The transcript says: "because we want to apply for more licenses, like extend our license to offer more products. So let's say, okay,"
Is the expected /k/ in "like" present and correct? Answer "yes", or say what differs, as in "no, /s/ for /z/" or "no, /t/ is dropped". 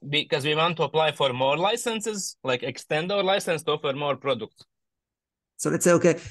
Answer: yes